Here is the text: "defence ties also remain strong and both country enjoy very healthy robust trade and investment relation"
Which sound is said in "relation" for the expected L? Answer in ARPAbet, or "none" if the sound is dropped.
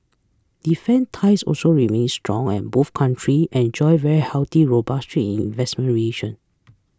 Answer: none